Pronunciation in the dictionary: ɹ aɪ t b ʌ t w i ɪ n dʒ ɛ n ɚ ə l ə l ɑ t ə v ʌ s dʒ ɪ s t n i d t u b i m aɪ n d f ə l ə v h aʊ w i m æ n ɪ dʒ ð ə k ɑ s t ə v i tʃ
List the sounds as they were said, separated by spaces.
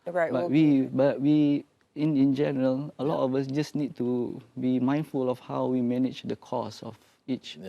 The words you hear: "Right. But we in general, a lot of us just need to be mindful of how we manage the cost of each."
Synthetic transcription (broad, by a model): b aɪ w b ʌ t w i ɪ n dʒ ɛ n ɚ ə l ə l ɑ t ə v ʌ s dʒ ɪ s n i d t u b i m aɪ n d f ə l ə f h aʊ w i m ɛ n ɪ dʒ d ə k ɑ s ə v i tʃ